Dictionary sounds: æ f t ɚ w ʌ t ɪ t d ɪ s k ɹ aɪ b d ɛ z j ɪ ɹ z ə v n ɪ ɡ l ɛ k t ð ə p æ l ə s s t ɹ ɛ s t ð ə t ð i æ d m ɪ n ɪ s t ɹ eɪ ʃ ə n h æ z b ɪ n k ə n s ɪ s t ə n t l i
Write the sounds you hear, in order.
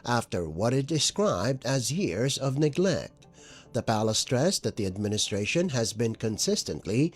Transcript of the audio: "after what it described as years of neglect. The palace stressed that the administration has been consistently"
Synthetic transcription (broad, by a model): æ f t ɚ w ʌ t ɪ t d ɪ s k ɹ aɪ b d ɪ z j ɪ ɹ z ə v n ɪ ɡ l ɛ k t ð ə p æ l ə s s t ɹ ɛ s ð ə t ð i æ d m ɪ n ɪ s t ɹ eɪ ʃ ə n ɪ z b ɪ n k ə n s ɪ s t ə n t l i